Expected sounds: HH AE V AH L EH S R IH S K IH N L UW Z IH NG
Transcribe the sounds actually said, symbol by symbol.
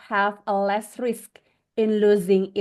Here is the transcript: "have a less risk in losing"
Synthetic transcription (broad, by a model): HH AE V AH L EH S R IH S K IH N L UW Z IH NG